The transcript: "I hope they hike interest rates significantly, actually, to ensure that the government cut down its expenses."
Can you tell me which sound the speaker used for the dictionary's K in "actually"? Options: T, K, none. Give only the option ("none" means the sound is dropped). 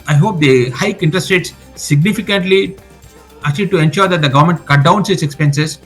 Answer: none